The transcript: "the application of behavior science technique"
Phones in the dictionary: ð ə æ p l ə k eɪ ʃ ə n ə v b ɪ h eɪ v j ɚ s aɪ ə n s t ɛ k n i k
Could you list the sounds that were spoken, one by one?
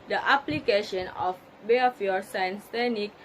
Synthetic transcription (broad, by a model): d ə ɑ p l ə k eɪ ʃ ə n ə f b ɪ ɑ f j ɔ s aɪ ə n s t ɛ n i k